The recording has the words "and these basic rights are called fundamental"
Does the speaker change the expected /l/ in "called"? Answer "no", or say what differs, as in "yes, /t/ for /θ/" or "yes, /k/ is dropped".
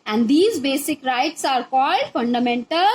no